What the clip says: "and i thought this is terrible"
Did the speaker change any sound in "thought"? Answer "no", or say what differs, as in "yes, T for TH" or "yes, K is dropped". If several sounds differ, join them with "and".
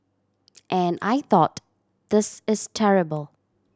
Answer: no